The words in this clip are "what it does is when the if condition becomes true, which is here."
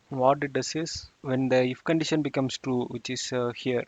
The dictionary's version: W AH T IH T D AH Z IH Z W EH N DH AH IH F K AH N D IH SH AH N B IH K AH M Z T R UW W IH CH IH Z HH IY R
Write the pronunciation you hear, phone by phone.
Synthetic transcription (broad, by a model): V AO T IH T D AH S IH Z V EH N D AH IH F K AH N D IH SH AH N B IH K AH M S T R UW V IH CH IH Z HH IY R